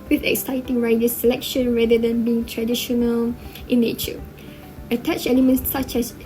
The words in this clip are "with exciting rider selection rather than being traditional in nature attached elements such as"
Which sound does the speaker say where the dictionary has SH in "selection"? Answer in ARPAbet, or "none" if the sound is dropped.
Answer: SH